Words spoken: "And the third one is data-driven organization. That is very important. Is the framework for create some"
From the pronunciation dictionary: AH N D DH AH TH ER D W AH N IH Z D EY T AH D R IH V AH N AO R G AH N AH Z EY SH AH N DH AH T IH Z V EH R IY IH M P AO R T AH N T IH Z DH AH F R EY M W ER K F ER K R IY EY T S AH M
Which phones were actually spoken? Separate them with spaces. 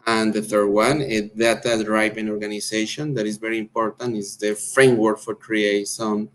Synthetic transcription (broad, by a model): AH N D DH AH TH ER D W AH N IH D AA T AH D R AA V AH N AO R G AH N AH S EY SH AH N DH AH T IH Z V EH R IY IH M P AO R T AH N T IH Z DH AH F R EY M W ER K F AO K R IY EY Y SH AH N